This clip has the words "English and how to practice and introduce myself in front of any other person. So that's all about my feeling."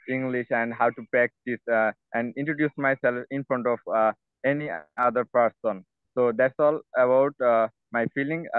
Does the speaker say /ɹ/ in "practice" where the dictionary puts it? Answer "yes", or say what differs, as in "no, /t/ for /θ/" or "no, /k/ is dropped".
no, /ɹ/ is dropped